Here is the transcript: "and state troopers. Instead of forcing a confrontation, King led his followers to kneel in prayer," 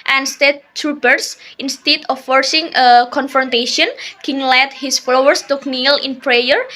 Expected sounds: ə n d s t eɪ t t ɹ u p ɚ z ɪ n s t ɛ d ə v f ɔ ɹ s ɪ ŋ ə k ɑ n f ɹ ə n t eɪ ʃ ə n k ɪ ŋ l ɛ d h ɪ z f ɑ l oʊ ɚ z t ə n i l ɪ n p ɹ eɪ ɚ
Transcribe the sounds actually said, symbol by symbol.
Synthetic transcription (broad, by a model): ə n s t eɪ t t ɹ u b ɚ s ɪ n s t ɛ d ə f ɔ ɹ s ɪ ŋ ə k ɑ n f ɹ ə n t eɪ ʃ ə n k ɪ ŋ l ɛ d h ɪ s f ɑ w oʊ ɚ s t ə n i l ɪ n p ɹ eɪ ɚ